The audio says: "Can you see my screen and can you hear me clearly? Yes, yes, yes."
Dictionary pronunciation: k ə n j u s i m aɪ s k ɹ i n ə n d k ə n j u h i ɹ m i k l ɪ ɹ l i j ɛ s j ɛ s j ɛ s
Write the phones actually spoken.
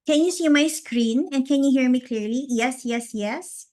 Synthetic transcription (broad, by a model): k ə n j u s i m aɪ s k ɹ i n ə n k ə n j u h i ɹ m i k l ɪ ɹ l i j ɛ s j ɛ s j ɛ s